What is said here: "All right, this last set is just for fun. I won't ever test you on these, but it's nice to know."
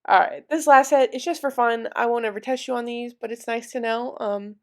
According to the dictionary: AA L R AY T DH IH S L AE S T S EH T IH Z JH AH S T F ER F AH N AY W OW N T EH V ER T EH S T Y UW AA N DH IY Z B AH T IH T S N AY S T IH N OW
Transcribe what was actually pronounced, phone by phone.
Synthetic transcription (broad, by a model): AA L R AY T DH IH S L AE S T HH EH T IH S JH AH S T F ER F AH N AY W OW N EH V ER T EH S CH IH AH N DH IY Z B AH T IH T S N AY S T IH N OW